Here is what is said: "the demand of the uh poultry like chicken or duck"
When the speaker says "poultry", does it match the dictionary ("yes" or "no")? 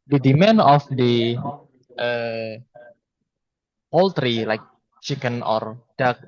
yes